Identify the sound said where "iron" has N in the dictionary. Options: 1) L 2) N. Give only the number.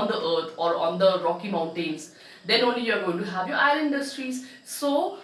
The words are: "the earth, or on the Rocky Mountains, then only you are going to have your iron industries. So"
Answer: 1